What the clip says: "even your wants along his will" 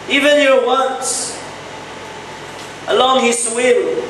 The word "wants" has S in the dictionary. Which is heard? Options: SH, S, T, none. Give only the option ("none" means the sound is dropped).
none